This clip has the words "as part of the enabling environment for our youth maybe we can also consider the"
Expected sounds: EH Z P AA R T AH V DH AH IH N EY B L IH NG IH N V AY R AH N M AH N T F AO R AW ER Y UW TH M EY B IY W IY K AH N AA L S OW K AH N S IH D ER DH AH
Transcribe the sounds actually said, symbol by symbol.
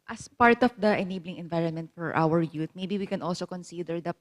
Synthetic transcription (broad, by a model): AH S P AA R T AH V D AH IH N EY B L IH NG IH N V AY R AH N M AH N T F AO R AW ER Y UW T M EY B IY W IY K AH N AA L S OW K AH N S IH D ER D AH